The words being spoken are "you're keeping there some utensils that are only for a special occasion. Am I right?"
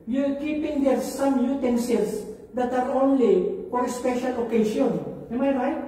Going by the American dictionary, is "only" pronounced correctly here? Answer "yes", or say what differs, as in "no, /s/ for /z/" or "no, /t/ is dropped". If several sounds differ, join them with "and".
yes